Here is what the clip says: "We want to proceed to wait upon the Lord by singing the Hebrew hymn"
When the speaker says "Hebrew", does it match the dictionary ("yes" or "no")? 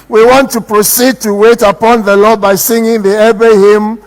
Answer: no